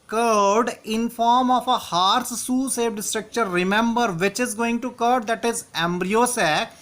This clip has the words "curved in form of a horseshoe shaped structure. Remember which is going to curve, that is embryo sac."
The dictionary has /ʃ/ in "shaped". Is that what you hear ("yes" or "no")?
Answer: no